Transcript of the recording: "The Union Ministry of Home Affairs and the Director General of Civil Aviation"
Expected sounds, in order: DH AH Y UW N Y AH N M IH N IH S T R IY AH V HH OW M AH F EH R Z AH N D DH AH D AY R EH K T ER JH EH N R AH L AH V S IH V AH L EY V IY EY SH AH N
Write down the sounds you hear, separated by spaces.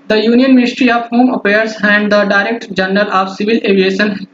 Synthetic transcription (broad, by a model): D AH Y UW N Y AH N M IH N IH S T R IY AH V HH OW M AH P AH R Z AH N D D AH D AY R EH K T JH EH N R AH L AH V S IH V AH L EY V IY EY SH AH N